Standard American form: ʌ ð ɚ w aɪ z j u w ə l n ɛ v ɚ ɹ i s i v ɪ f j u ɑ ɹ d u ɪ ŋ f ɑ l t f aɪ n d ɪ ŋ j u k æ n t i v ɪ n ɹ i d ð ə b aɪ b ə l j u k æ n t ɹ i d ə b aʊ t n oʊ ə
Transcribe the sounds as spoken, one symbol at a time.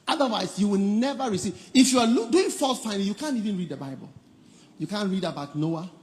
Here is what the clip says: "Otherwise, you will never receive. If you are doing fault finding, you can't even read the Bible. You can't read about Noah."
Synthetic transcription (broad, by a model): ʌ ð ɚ w aɪ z j u w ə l n ɛ v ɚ ɹ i s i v ɪ f j u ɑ l d u ɪ ŋ f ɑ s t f aɪ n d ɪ j u k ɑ n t i v ɪ n ɹ i d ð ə b aɪ b ə l j u k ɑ n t ɹ i d ə b aʊ t n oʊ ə